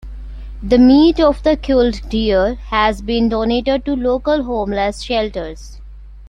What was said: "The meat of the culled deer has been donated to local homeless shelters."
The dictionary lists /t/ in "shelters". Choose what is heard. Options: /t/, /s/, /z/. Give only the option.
/t/